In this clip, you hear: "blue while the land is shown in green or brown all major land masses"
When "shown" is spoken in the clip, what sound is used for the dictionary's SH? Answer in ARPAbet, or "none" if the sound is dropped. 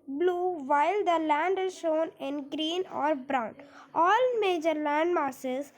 SH